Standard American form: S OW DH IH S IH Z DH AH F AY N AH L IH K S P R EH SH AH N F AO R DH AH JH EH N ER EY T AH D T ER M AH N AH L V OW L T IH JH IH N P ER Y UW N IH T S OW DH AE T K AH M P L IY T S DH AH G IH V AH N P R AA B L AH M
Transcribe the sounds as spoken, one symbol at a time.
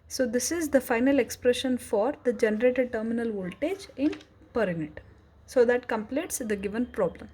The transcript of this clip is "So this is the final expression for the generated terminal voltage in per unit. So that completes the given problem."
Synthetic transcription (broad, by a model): S OW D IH S IH Z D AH F AY N AH L IH K S P R EH SH AH N F AO R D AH JH EH N ER EY T AH D T ER M AH N AH L V OW L T IH JH IH N P ER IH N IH T S OW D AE T K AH M P L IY T S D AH G IH V AH N P R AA B L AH M